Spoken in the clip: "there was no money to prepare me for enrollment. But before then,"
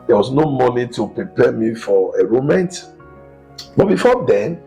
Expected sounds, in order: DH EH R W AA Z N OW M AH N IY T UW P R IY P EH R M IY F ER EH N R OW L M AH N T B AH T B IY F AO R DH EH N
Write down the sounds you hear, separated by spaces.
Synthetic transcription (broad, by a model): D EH W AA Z N OW M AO N IY T UW P R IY P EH M IY F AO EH R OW M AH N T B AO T B IY F AO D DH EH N